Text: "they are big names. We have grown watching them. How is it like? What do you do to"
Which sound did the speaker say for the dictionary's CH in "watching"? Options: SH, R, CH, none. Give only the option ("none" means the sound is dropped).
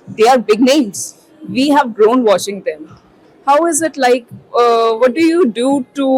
SH